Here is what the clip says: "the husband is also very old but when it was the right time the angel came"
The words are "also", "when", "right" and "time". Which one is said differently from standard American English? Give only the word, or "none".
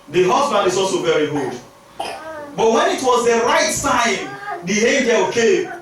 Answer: time